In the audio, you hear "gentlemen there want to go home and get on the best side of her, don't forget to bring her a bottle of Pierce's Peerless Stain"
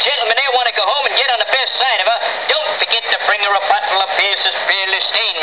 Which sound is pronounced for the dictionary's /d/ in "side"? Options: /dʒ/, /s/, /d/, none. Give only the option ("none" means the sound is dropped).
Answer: /d/